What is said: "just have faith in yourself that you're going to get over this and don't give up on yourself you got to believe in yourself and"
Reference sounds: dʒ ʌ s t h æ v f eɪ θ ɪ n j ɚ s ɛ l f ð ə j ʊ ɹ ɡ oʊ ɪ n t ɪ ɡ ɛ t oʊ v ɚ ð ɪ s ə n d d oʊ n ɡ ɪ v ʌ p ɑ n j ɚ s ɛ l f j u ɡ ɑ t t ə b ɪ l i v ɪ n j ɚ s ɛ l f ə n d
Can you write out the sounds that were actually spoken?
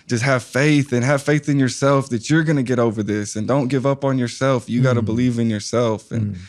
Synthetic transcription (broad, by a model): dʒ ʌ s t h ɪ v f eɪ θ ɪ n j ɚ s ɛ l f ð ə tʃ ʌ ɹ ɡ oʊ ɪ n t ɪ ɡ ɛ t oʊ v ɚ ð ɪ s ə n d d oʊ n ɡ ɪ v ʌ p n j ɚ s ɛ l f j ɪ ɡ ɑ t t ə b ɪ l i v ɪ n j ɚ s ɛ l f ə n